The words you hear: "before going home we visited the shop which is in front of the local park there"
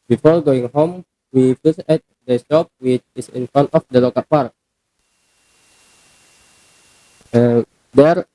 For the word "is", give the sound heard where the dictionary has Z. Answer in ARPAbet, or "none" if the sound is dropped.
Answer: S